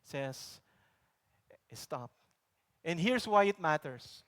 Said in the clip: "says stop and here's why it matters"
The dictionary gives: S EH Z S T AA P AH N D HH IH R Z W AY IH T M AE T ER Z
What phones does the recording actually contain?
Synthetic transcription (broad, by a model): S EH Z S T AA P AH N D HH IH R S W AY IH T M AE T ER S